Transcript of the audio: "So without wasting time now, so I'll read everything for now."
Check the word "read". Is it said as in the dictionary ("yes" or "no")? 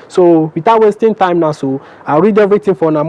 yes